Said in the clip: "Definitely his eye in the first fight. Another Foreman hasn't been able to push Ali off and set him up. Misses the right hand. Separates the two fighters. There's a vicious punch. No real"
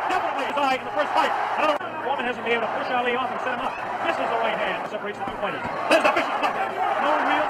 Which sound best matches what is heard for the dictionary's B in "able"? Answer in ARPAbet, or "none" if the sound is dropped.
none